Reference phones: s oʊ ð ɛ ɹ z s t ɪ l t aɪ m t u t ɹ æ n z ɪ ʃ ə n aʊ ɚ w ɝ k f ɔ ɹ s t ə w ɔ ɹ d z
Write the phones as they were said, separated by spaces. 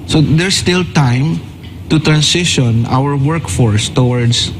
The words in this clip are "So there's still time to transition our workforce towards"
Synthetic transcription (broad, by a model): s oʊ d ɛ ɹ s t ɪ l t aɪ m t u t ɹ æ n s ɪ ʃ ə n aʊ ɚ w ɝ k f ɔ ɹ s t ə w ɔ ɹ d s